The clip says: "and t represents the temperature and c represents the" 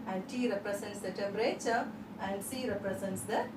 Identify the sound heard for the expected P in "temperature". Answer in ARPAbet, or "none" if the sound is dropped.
none